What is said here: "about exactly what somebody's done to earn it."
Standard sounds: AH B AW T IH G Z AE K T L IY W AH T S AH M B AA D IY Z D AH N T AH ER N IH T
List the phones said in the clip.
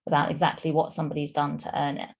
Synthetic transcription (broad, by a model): AH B AW T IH G Z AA K T L IY W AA T S AH M B AA D IY Z D AH N T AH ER N IH T